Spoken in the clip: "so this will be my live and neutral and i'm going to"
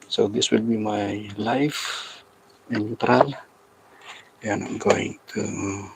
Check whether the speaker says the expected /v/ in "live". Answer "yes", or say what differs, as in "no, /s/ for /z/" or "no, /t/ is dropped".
no, /f/ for /v/